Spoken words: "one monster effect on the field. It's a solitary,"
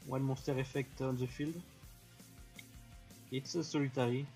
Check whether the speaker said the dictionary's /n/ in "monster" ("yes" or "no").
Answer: no